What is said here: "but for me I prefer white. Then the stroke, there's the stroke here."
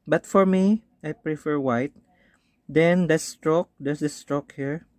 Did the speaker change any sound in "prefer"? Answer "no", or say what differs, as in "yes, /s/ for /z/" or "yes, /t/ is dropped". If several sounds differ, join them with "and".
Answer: no